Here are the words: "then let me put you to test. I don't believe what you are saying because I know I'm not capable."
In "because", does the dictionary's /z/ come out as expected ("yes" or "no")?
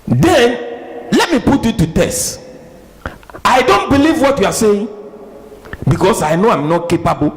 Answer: no